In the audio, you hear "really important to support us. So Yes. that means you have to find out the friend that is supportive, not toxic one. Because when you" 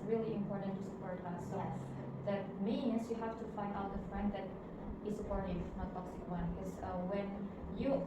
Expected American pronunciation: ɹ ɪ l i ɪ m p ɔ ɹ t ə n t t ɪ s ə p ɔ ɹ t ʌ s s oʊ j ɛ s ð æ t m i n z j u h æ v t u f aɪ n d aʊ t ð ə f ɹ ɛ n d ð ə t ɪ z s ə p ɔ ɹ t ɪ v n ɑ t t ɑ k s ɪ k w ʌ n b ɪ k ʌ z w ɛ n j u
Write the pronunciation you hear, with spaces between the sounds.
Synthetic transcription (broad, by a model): ɹ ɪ l i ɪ m p ɔ ɹ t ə n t t ɪ s ə p ɔ ɹ t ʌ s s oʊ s ð æ t m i n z j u h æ f t u f aɪ n d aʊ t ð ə f ɹ ɛ n d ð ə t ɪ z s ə p ɔ ɹ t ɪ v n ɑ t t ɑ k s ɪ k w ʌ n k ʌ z w ɛ n j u